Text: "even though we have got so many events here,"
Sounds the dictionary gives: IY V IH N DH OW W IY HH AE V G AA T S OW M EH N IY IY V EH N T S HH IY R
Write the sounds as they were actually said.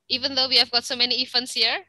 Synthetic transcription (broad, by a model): IY V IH N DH OW W IY HH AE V G AA T S OW M EH N IY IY F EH N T S HH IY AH